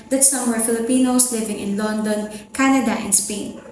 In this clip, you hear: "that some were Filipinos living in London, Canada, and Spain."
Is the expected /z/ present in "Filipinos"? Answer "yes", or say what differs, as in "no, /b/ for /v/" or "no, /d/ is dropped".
no, /s/ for /z/